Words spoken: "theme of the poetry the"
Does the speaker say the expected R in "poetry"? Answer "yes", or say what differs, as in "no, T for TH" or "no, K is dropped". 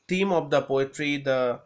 yes